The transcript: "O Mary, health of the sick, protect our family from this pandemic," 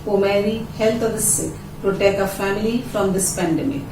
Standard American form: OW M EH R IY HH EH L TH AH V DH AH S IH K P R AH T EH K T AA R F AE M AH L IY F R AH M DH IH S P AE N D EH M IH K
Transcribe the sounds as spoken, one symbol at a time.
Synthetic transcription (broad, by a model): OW M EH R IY HH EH L T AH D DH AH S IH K P R AH T EH K T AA F AE M AH L IY F R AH M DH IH S P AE N D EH M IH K